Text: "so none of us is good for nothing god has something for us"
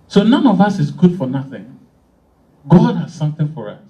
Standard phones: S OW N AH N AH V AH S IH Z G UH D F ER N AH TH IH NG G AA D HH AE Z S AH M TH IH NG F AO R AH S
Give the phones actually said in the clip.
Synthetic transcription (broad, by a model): S OW N AH N AH V AH S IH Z G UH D F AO N AH TH IH NG G AA D HH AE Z S AH M TH IH NG F AO R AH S